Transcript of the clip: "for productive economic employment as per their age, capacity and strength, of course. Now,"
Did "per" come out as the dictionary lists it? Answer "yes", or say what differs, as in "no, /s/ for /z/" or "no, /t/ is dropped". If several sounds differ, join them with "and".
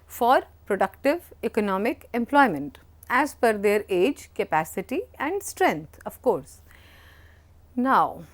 no, /f/ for /p/